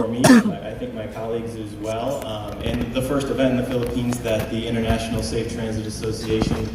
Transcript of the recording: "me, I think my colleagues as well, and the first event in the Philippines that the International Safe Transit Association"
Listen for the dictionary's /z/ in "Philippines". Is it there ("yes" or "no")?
yes